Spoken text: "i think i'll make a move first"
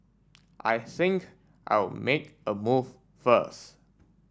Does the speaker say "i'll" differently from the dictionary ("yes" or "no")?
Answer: yes